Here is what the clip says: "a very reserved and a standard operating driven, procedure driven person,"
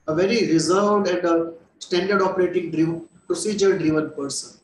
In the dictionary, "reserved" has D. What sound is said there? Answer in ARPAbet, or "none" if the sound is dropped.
D